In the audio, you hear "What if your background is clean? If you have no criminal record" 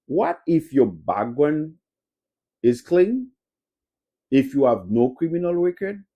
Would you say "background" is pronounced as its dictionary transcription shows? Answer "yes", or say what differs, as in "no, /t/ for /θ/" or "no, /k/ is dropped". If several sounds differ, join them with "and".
no, /k/ is dropped and /w/ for /ɹ/ and /d/ is dropped